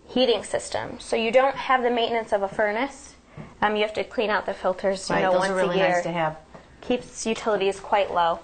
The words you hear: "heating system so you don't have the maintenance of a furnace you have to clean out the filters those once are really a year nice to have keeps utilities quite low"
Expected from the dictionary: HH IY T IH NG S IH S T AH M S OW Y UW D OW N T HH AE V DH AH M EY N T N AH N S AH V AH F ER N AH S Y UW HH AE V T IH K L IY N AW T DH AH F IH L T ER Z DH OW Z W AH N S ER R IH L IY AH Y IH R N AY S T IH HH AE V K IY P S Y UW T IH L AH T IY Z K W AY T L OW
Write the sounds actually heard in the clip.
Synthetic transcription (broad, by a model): HH IY T IH NG S IH S T AH M S OW Y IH D OW N T HH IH V DH AH M EY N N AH N S AH V AH F ER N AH S Y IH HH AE F T IH K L IY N AW T DH AH F IH L T ER Z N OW W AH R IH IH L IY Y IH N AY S T IH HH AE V K IY P S Y UW T IH L AH T IY Z K W AY T L OW